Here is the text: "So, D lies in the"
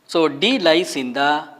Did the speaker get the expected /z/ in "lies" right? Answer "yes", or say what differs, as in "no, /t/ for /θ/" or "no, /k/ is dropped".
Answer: no, /s/ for /z/